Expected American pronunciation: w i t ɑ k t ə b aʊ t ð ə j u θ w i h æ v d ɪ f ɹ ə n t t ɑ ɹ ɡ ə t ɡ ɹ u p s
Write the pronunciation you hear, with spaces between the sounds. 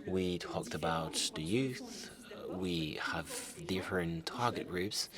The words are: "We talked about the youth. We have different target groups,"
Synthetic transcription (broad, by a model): w i t ɑ k t ə b aʊ t ð ə j u θ w i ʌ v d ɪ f ɹ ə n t t ɑ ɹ ɡ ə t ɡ ɹ u p s